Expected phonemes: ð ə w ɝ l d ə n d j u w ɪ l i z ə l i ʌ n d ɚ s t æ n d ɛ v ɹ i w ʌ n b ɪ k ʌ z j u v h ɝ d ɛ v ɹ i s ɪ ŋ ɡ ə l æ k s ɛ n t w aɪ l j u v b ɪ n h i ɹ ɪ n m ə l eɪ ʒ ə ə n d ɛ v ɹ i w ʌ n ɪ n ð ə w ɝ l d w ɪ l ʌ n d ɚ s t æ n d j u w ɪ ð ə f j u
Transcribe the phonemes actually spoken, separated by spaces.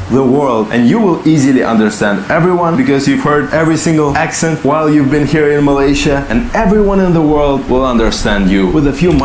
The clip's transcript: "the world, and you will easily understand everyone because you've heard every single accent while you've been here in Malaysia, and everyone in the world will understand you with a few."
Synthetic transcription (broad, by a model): ð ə w ɝ l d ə n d j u w ɪ l i z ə l i ʌ n d ɚ s t æ n d ɛ v ɹ i w ʌ n b ɪ k ʌ z j u v h ɝ d ɛ v ɹ i s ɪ ŋ ɡ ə l æ k s ɛ n t w aɪ l j u v b ɪ n h i ɹ ɪ n m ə l eɪ ʃ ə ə n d ɛ v ɹ i w ʌ n ɪ n ð ə w ɝ l d w ɪ l ʌ n d ɚ s t æ n d j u w ɪ ð ə f j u